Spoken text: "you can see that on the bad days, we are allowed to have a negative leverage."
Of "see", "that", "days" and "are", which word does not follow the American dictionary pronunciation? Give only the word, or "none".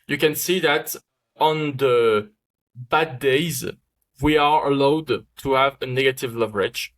none